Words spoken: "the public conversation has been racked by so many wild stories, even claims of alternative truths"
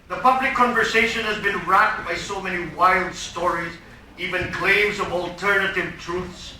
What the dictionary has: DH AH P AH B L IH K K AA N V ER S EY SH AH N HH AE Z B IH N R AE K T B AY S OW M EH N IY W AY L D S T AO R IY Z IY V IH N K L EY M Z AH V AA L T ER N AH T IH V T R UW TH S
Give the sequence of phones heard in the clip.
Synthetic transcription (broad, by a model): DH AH P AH B L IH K K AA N V ER S EY SH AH N HH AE Z B IH N R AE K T B AY S OW M EH N IY W AY L D S T AO R IY Z IY V IH N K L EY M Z AH V AA L T ER N AH T IH V T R UW TH S